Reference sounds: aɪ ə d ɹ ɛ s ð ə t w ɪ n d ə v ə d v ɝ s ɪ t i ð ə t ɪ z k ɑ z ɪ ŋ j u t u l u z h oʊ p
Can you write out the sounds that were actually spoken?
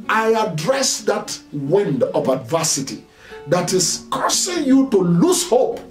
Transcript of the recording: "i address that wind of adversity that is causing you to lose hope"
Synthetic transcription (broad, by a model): aɪ ə d ɹ ɛ s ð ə t w ɪ n d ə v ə d v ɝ s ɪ t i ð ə t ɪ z k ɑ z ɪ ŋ j u t u l u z h oʊ p